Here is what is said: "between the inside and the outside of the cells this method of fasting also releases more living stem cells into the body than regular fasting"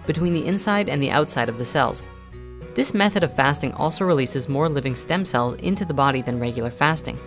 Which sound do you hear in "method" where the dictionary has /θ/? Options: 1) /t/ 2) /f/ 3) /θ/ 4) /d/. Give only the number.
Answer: 3